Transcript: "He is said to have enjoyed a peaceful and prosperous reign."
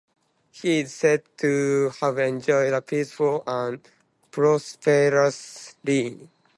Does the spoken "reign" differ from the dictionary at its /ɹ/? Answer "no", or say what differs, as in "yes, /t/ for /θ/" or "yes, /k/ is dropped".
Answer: yes, /l/ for /ɹ/